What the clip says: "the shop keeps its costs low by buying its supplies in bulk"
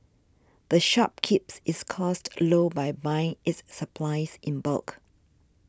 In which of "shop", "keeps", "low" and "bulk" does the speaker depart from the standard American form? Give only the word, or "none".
none